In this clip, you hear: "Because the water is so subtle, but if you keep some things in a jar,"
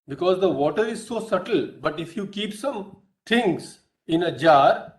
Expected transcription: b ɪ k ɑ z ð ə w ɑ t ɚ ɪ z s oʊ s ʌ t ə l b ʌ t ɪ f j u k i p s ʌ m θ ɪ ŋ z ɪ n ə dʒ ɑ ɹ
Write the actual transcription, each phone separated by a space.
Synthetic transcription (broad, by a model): b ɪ k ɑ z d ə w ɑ t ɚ ɪ z s oʊ s ʌ t ə l b ʌ t ɪ f j u k i p s ʌ m t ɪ ŋ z ɪ n ə dʒ ɑ ɹ